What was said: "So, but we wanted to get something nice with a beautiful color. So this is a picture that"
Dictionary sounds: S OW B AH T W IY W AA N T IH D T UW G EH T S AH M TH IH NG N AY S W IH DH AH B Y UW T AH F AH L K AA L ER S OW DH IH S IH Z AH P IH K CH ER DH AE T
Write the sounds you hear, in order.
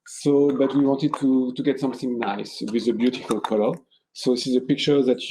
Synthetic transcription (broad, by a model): S OW B AH T W IY W AA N T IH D T UW G EH T S AH M TH IH NG N AY S W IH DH AH B Y UW T AH F AH L K AA L ER S OW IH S IH Z AH P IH K CH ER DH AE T